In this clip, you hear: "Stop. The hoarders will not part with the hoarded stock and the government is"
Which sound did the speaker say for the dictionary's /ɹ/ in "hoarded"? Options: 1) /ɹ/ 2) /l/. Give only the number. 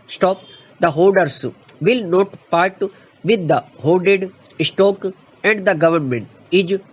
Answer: 2